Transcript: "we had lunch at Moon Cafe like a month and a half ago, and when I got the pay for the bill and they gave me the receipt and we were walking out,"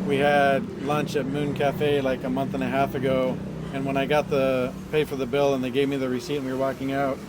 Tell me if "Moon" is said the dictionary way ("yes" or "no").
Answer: yes